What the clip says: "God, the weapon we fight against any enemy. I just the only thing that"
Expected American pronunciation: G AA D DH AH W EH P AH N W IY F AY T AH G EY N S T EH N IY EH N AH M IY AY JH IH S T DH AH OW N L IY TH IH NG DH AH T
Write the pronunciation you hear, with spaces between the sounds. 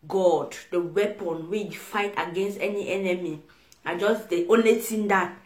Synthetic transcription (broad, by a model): G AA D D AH W EH P AH N W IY F AY T AH G EY N S T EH N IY EH N AH M IY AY JH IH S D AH OW N L IY T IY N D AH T